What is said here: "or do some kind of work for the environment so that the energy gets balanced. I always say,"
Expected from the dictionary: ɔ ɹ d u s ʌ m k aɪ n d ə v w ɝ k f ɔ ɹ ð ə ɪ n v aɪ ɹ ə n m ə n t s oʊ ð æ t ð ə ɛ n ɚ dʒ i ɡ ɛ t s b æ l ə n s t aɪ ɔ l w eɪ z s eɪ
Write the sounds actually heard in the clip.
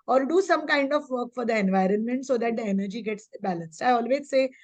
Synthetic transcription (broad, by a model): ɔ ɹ d u s ʌ m k aɪ n d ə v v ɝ k f ɔ ɹ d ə ɪ n v aɪ ɹ ə n m ə n t s oʊ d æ t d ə ɛ n ɚ dʒ i ɡ ɛ t s b æ l ə n s t aɪ ɔ l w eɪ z s eɪ